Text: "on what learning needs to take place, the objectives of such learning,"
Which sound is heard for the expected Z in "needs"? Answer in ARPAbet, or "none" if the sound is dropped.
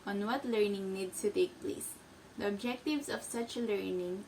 S